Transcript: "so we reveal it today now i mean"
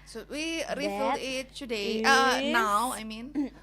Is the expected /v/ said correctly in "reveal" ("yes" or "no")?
no